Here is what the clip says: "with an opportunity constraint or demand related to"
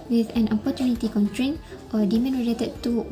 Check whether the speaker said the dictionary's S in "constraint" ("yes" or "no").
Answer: no